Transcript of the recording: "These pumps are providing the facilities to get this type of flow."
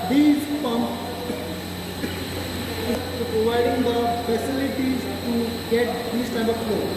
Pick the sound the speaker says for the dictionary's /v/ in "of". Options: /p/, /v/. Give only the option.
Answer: /p/